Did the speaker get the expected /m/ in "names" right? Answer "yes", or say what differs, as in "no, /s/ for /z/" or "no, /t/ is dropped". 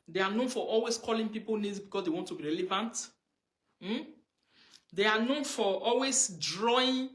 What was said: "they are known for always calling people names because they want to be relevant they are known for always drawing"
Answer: no, /m/ is dropped